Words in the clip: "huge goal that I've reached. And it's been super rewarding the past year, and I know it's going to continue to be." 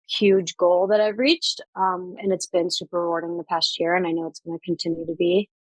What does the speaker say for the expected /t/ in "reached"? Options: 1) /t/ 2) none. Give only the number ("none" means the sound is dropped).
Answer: 1